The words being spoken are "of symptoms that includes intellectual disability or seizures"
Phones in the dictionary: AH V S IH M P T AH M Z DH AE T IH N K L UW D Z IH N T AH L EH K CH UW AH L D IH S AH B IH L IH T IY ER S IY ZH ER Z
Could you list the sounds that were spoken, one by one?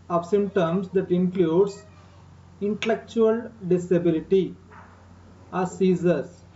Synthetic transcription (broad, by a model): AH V S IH M T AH M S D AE T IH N K L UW D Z IH N T AH L EH K CH UW AH L D IH S AH B IH L IH T IY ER S IY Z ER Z